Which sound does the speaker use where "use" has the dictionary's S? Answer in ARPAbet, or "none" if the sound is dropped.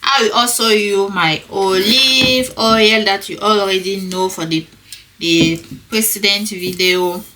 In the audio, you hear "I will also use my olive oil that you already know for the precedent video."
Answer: none